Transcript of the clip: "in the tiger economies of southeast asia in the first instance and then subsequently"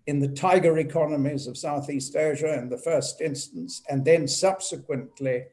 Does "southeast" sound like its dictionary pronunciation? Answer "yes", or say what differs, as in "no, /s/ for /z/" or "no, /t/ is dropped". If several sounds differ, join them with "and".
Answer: yes